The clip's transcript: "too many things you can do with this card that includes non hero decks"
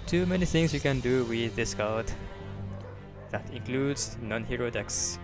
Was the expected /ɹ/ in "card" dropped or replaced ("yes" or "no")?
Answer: yes